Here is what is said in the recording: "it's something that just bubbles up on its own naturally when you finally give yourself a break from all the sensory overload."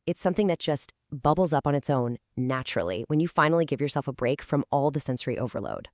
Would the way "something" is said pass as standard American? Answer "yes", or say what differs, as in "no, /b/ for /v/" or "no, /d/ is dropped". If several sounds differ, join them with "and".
yes